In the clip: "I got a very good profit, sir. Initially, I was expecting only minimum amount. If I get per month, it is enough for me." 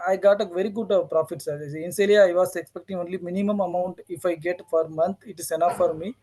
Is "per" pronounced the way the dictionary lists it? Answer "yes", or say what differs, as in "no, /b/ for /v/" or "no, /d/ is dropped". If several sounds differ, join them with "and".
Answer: no, /f/ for /p/